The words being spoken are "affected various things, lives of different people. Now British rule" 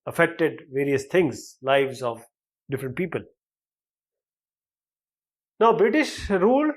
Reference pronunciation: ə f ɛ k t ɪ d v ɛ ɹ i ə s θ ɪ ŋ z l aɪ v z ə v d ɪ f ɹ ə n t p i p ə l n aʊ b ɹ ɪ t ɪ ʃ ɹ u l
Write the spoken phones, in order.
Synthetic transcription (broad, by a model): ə f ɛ k t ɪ d v ɛ ɹ i ə s t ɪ ŋ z l aɪ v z ə v d ɪ f ɹ ə n t p i p ə l n aʊ b ɹ ɪ t ɪ ʃ ɹ u l